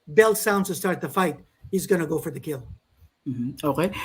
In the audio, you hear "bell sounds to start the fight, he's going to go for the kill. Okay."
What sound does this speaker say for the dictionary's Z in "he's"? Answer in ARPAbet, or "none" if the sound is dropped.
Z